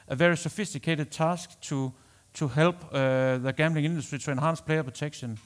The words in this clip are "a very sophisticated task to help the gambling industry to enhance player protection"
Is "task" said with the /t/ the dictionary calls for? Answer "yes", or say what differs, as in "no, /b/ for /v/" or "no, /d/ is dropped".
no, /s/ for /t/